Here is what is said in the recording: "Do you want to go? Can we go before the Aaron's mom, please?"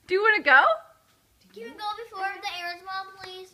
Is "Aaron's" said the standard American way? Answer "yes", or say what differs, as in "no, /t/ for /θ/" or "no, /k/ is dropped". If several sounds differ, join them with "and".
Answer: no, /n/ is dropped